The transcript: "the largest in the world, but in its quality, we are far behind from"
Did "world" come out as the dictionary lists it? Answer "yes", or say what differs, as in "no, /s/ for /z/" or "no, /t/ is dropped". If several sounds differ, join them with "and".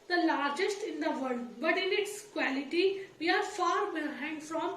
no, /l/ is dropped